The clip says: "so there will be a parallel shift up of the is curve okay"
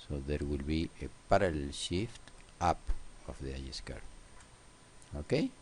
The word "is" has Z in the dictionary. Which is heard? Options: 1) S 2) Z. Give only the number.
1